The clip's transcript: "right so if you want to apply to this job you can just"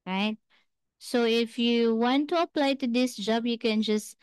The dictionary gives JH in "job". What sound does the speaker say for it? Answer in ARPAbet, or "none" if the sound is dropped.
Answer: JH